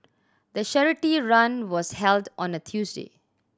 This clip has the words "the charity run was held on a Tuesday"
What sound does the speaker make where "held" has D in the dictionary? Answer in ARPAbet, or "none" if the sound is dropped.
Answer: D